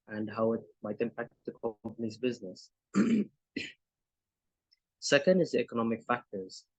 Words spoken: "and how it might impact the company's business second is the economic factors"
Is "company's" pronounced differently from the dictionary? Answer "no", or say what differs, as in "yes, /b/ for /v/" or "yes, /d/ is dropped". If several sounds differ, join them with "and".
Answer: no